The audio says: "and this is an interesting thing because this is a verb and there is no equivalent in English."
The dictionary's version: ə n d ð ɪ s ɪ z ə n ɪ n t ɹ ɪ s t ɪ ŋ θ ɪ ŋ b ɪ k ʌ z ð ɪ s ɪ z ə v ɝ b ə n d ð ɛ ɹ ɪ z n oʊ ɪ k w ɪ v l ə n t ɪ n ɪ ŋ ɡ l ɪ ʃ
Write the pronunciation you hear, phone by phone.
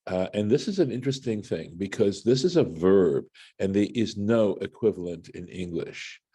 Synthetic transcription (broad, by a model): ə n ð ɪ s ɪ z ə n ɪ n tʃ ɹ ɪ s t ɪ ŋ θ ɪ ŋ b ɪ k ʌ z ð ɪ s ɪ z ə v ɝ b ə n ð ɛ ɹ ɪ z n oʊ ɪ k w ɪ v l ə n t ɪ n ɪ ŋ ɡ l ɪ ʃ